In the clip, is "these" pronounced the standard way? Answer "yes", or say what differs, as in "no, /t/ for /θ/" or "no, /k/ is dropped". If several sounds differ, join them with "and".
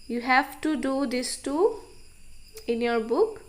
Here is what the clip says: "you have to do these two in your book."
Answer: no, /s/ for /z/